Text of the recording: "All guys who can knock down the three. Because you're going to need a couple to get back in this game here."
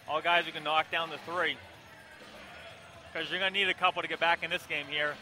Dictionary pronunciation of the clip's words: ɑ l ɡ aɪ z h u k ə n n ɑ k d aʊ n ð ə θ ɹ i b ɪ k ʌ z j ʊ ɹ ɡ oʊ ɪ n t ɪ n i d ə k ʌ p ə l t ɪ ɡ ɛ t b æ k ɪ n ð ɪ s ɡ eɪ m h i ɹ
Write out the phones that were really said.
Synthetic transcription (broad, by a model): ɑ l ɡ aɪ z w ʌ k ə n n ɑ k d aʊ n ð ə θ ɹ i k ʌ z j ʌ ɹ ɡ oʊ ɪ n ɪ n i d ə k ʌ p l t ɪ ɡ ɛ t b æ k ɪ n ð ɪ s ɡ eɪ m h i ɹ